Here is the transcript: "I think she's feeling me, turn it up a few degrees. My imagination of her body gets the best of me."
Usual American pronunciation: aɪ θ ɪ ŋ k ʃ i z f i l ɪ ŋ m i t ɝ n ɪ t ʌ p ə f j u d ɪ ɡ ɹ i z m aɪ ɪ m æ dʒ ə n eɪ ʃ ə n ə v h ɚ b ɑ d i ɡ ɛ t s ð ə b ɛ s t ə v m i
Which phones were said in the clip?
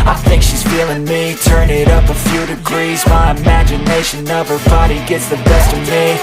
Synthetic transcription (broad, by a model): aɪ θ ɪ ŋ k ʃ i z f i l ɪ ŋ m i t ɝ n ɪ t ʌ p ə f j u d ɪ ɡ ɹ i z m aɪ ɪ m æ dʒ ə n eɪ ʃ ə n ə v ɚ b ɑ d i ɡ ɛ t s ð ə b ɛ s t ə v m i